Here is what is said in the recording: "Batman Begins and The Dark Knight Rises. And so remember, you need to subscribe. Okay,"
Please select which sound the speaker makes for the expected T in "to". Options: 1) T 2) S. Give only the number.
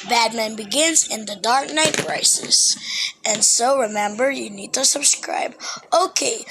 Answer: 1